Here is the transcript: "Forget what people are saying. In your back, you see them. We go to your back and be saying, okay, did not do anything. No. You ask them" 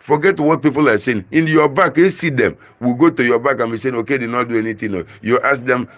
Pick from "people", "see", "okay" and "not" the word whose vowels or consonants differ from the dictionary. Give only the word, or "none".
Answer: none